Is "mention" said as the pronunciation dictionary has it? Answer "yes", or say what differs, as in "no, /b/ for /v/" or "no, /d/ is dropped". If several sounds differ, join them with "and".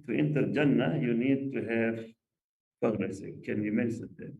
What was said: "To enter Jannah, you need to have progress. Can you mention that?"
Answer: no, /s/ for /ʃ/